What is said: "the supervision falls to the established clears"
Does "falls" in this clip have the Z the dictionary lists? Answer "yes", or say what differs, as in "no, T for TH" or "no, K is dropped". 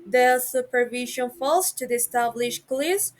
no, S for Z